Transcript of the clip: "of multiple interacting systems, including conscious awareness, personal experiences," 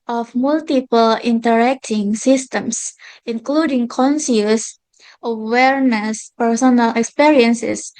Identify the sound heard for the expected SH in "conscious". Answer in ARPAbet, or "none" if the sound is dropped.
S